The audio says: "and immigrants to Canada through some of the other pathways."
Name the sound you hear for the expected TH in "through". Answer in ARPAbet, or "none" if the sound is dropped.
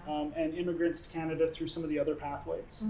TH